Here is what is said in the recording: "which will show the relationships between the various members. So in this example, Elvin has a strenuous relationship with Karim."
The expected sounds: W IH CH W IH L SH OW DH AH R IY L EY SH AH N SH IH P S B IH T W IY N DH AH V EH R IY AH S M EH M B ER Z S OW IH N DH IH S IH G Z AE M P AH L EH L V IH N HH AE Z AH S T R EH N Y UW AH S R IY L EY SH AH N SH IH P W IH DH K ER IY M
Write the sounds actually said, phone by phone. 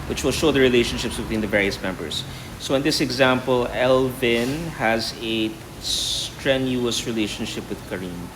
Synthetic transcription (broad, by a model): W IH CH W IH L SH OW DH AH R IY L EY SH AH N SH IH P S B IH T W IY N DH AH V EH R IY AH S M EH M B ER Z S OW IH N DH IH S IH G Z AE M P AH L EH L V IH N HH AE Z AH S T R EH N Y UW AH S R IY L EY SH AH N SH IH P W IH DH K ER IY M